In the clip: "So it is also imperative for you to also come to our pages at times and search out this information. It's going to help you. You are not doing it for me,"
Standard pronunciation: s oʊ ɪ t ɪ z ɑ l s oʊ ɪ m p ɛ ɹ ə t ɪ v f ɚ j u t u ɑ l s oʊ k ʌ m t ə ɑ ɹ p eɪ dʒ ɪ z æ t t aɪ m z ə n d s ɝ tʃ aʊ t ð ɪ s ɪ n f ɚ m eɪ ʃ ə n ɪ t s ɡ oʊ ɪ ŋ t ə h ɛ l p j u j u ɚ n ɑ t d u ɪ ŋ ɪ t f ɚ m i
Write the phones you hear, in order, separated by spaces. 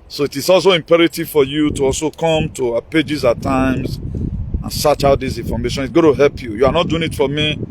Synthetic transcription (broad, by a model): s oʊ ɪ t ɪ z ɑ l s oʊ ɪ m p ɛ ɹ ə t ɪ v f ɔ j u t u ɑ l s oʊ k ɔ m t ə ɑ p eɪ dʒ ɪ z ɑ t t aɪ m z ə n s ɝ tʃ aʊ t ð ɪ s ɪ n f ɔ m eɪ ʃ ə n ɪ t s ɡ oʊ t ə h ɛ l p j u j u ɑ n ɑ t d u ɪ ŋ ɪ t f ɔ m i